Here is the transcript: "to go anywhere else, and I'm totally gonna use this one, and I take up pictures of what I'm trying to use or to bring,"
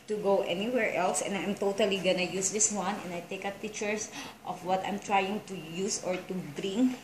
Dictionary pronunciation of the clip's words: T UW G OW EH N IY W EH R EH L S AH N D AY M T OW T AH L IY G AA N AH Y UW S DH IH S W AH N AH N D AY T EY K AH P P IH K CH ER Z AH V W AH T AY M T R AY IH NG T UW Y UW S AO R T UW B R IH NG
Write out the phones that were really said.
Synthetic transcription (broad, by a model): T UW G OW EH N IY W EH R EH L S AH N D AY M T OW T AH L IY G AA N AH Y UW S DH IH S W AH N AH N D AY T EY K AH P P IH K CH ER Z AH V W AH T AY M T R AY IH NG T UW Y UW S AO R T UW B R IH NG